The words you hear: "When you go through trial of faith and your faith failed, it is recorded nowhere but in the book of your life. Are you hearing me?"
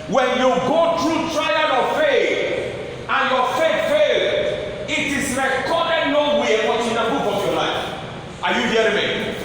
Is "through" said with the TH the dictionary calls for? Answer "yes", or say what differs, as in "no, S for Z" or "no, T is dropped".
no, T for TH